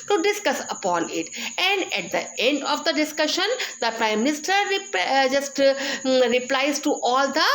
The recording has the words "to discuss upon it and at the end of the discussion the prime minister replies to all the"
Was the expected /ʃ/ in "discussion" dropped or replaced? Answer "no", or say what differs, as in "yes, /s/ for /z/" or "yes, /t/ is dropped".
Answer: no